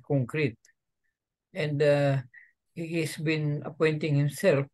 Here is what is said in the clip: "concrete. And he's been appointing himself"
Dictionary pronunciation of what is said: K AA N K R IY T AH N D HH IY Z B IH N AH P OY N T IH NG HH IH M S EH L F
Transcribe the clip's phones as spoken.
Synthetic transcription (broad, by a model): K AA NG K R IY T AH N D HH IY S B IH N AH P OY N T IH NG HH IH M S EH L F